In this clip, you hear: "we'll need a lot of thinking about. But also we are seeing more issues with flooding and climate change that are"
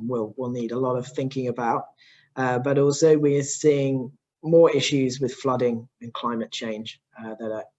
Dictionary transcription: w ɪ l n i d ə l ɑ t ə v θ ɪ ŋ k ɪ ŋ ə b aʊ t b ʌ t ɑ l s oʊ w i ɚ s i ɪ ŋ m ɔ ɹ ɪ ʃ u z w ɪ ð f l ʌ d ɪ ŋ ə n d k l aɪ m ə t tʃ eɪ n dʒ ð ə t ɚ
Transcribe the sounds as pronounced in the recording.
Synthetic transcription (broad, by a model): w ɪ l n i d ə l ɑ t ə v θ ɪ ŋ k ɪ ŋ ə b aʊ t b ʌ t ɑ l s oʊ w i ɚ s i ɪ ŋ m ɔ ɹ ɪ ʃ u z w ɪ ð f l ʌ d ɪ ŋ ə n k l aɪ m ə t tʃ eɪ n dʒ ð ə t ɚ